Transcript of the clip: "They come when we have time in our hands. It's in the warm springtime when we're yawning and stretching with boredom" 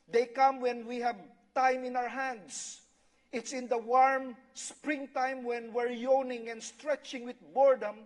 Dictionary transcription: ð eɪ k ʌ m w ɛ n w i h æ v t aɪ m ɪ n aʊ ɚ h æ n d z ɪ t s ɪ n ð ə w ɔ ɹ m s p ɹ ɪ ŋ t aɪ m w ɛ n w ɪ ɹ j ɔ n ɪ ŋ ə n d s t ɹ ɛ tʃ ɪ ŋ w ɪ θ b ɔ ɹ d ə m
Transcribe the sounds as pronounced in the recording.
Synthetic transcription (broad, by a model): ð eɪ k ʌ m w ɛ n w i h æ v t aɪ m ɪ n aʊ ɚ h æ n d s ɪ t s ɪ n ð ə w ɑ ɹ m s p ɹ ɪ ŋ t aɪ m w ɛ n w ɪ ɹ j ɔ n ɪ ŋ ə n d s t ɹ ɛ tʃ ɪ ŋ w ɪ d b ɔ ɹ d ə m